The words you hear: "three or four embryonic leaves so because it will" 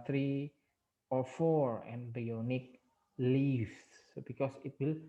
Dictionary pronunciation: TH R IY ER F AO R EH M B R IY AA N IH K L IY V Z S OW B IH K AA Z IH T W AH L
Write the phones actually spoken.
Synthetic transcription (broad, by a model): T R IY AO F AO R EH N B IY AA N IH K L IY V S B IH K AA S IH T W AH L